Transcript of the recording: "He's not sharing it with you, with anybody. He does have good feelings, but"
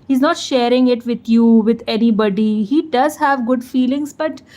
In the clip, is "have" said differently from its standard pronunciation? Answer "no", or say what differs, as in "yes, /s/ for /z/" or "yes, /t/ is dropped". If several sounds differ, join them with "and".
no